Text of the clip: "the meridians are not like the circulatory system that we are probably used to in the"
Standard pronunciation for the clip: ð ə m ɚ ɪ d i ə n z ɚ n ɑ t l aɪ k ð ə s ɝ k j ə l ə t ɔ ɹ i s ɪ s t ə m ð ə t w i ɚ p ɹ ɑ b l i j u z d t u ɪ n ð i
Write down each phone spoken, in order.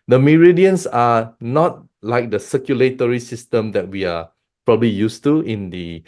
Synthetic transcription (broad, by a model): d ə m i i d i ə n s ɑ n ɑ t l aɪ k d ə s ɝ k j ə l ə t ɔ ɹ i s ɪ s t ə m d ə t w i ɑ p ɹ ɑ b l i j u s t u ɪ n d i